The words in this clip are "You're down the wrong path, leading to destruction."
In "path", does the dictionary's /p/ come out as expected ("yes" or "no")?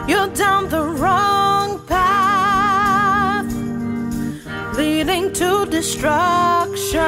yes